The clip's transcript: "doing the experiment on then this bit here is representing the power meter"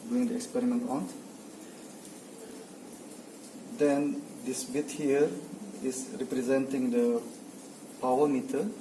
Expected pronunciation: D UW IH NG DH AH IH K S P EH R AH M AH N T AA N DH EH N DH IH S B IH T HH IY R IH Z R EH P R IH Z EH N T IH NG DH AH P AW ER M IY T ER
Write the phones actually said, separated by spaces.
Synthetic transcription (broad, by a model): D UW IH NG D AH IH K S P EH R AH M AH N T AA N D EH N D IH S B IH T HH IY R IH S R EH P R IH Z EH N T IH NG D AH P AW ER M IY T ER